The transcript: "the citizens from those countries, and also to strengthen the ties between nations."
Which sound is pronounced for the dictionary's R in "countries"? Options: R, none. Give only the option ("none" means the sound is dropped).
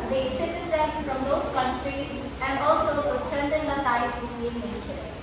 R